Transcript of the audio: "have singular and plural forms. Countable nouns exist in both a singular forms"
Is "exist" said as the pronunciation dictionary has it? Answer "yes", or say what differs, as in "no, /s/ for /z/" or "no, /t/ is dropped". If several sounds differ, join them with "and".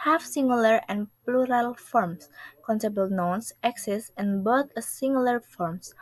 no, /t/ is dropped